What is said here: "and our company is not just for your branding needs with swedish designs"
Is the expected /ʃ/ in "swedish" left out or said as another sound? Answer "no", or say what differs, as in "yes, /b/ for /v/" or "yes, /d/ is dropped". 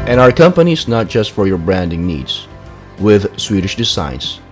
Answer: no